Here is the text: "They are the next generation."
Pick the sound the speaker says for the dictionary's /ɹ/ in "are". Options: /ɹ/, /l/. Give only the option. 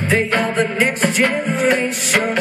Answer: /l/